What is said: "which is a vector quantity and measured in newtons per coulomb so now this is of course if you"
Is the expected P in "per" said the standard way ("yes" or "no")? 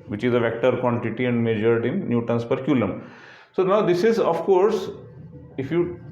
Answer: yes